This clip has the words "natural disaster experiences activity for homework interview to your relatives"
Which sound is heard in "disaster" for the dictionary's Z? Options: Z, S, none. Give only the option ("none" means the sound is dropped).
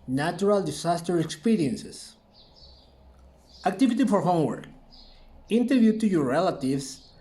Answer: S